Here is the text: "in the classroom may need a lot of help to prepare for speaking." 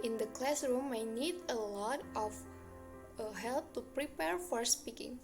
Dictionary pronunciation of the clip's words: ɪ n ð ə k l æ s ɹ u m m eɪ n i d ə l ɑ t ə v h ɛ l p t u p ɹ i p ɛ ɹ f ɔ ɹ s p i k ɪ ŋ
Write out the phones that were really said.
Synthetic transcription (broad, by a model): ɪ n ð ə k l æ s ɹ u m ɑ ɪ n i d ə l ɑ t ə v h ɛ l p t u p ɹ i p ɛ ɹ f ɔ ɹ s p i k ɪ ŋ